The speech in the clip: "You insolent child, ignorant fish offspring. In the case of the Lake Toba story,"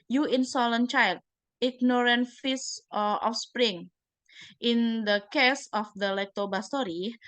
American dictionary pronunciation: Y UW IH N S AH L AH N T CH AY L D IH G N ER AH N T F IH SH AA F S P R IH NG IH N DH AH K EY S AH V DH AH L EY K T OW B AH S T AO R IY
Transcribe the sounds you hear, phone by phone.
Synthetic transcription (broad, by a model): Y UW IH N S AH L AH N CH AY L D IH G N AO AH N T F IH S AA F S P R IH NG IH N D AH K EY S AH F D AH L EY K T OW B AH S T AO R IY